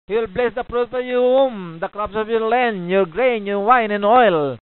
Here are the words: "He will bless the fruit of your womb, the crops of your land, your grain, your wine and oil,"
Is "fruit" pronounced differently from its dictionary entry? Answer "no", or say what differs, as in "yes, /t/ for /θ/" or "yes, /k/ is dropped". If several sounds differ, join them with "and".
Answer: yes, /p/ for /f/